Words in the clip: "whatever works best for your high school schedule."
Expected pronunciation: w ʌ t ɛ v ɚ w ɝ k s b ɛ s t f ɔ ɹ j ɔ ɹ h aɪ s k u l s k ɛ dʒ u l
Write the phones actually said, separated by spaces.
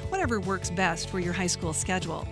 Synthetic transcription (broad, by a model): w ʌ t ɛ v ɚ w ɝ k s b ɛ s t f ɔ ɹ j ɔ ɹ h aɪ s k u l s k ɛ dʒ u l